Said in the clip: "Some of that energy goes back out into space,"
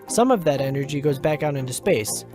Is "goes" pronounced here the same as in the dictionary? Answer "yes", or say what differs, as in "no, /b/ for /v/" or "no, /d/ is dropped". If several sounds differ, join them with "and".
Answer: yes